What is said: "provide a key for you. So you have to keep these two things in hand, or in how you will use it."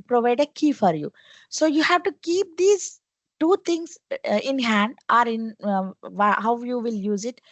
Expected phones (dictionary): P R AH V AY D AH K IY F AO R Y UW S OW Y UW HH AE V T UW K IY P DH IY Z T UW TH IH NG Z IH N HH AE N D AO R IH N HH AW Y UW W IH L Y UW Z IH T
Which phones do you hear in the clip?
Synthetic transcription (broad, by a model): P R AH V AY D AH K IY F AO R Y UW S OW Y UW HH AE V T UW K IY P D IY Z T UW T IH NG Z IH N HH AE N D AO R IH N HH AW Y UW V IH L Y UW Z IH T